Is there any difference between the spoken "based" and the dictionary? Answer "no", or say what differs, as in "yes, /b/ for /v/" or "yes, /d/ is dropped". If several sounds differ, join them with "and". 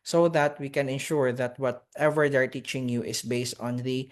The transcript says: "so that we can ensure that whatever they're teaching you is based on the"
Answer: no